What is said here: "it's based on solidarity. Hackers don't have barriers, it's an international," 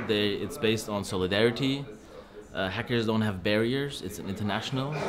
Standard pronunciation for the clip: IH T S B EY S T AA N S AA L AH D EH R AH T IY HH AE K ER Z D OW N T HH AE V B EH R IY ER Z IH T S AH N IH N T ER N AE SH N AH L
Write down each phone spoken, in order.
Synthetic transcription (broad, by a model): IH T S B EY S T N S AA L AH D EH R AH T IY HH AE K ER Z D OW N T HH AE V B EH R IY ER Z IH T S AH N IH N T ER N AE SH N L